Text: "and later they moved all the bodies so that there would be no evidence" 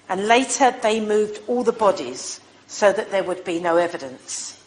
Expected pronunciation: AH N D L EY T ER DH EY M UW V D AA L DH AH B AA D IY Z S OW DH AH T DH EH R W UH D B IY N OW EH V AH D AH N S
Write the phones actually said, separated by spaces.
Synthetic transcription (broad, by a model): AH N L EY T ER DH EY M UW V D AA L DH AH B AA D IY Z S OW DH AH T DH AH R W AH D B IY N OW EH V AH D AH N S